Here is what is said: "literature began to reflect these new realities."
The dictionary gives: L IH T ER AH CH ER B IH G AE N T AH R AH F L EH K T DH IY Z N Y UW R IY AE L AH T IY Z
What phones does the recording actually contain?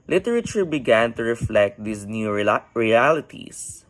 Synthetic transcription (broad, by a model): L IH T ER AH CH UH B IH G AE N T AH R AH F L EH K T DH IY S N Y UW R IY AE L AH T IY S